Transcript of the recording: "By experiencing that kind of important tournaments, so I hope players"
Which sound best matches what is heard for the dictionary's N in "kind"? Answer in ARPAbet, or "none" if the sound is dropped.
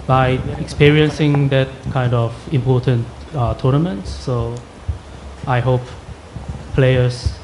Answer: N